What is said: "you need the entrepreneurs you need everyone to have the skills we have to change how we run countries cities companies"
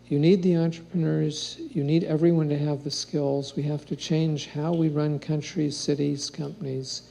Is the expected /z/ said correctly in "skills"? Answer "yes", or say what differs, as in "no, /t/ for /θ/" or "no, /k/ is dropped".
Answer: yes